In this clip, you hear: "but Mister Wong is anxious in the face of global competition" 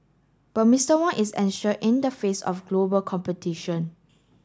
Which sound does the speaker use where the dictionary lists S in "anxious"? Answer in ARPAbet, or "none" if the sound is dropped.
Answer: none